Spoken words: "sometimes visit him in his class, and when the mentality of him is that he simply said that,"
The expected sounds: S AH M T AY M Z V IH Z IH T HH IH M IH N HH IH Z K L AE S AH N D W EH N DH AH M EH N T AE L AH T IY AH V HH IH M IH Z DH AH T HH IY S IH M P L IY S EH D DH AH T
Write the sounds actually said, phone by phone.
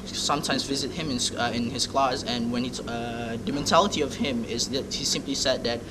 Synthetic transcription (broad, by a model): S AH M T AY M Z V IH Z IH T HH IH M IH N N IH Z K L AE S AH N W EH N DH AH M EH N T AE L AH T IY AH V HH IH M IH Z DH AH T HH IY S IH M P L IY S EH D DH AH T